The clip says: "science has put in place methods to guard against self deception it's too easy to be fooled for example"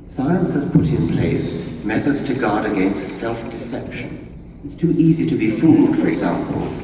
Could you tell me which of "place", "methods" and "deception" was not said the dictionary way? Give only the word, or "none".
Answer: none